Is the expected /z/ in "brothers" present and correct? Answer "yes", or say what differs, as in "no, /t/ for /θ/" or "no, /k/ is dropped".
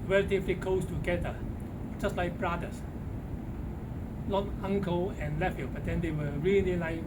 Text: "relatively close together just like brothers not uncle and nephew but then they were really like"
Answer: no, /s/ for /z/